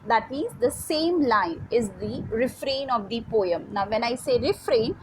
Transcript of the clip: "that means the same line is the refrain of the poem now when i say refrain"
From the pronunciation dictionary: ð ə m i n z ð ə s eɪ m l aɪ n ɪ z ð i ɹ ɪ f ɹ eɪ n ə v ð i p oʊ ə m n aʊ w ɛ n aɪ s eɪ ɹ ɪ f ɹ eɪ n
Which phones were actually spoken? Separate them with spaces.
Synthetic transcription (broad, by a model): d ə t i z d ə s eɪ m l aɪ n ɪ z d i ɹ ɪ f ɹ eɪ n ə v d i p oʊ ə m n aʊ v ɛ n aɪ s eɪ ɹ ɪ f ɹ eɪ n